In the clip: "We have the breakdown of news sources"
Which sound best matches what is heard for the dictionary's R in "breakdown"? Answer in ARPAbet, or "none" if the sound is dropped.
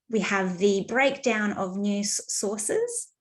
R